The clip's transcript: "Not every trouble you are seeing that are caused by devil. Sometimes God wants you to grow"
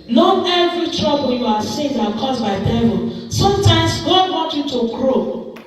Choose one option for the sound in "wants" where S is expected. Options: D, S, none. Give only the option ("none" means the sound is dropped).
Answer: none